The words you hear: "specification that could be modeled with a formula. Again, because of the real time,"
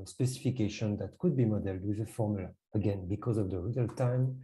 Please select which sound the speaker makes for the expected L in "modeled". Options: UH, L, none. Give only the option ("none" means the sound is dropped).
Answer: L